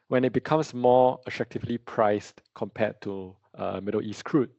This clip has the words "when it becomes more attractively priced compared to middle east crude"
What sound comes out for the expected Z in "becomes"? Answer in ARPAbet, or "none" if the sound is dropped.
S